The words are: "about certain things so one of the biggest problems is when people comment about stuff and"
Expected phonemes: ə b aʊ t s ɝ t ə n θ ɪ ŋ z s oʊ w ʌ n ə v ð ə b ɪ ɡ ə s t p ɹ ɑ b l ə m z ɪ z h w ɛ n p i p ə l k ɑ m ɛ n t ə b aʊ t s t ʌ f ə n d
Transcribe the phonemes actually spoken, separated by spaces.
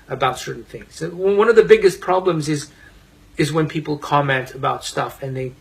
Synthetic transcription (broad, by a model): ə b aʊ t s ɝ t n θ ɪ ŋ z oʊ w ʌ n ə v ð ə b ɪ ɡ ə s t p ɹ ɑ b l ə m z ɪ z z w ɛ n p i p l k ɑ m ɛ n t ə b aʊ t s t ʌ f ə n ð